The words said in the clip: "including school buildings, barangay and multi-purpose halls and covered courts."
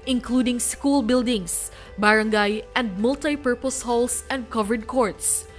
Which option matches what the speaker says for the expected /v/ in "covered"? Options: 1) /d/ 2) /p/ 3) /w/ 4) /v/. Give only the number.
4